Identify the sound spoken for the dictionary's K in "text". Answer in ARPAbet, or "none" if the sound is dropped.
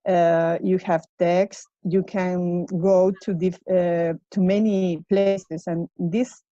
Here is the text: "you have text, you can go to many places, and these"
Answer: K